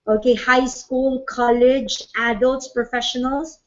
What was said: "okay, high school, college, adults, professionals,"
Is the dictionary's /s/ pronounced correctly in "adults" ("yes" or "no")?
no